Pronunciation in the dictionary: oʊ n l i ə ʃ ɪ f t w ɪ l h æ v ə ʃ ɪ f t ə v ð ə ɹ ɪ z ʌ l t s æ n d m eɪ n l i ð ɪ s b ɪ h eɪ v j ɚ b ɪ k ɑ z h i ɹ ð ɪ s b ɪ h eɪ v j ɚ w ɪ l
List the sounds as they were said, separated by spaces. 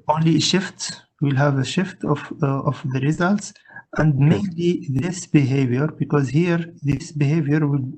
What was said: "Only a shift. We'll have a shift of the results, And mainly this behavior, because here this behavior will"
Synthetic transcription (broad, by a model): oʊ n l i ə ʃ ɪ f t w ɪ l h æ v ə ʃ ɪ f t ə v ð ə ɹ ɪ z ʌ l t s æ n d m eɪ n l i ð ɪ s b ɪ h eɪ v j ɚ b ɪ k ɑ z h i ɹ ð ɪ s b ɪ h eɪ v j ɚ w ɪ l